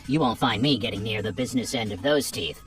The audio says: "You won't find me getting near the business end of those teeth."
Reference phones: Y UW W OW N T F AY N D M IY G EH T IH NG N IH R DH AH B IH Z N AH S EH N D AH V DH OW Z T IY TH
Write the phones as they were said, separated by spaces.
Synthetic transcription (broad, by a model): Y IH W OW N T F AY N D M IY G EH T IH NG N IH R DH AH B IH Z N AH S EH N D AH V DH OW Z T IY TH